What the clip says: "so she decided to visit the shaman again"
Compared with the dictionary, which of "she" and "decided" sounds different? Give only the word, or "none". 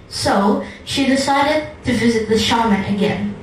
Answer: none